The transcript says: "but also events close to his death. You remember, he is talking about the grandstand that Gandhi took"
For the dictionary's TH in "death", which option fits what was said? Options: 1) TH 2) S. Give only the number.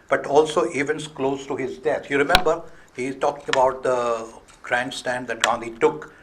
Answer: 2